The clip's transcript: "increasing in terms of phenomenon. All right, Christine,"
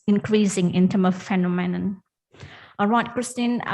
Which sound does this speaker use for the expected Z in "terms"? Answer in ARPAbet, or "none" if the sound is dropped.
none